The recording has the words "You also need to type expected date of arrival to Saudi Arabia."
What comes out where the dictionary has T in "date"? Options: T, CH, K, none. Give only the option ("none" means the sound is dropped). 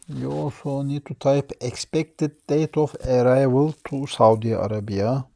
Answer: T